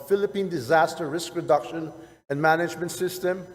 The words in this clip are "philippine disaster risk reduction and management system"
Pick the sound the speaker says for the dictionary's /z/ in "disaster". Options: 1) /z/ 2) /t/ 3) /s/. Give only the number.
1